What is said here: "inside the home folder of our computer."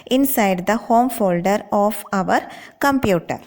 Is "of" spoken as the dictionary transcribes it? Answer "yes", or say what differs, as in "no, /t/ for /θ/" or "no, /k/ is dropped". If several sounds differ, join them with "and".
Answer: yes